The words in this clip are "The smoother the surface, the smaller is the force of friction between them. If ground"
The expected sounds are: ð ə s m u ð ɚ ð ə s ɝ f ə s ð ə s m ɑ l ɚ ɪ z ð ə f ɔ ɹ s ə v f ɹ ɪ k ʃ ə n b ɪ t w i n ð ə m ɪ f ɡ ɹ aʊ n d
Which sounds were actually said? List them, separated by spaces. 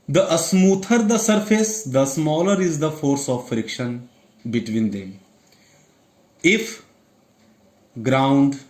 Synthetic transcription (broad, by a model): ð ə s m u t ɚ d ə s ɝ f ə s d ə s m ɑ l ɚ ɪ z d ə f ɔ ɹ s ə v f ɹ ɪ k ʃ ə n b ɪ t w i n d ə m ɪ f ɡ ɹ aʊ n d